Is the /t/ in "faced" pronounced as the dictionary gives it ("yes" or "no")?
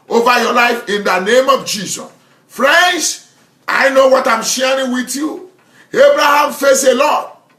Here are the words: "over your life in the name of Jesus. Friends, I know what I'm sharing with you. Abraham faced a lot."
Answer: no